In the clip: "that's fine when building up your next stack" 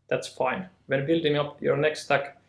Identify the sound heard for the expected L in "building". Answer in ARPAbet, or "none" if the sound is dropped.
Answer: L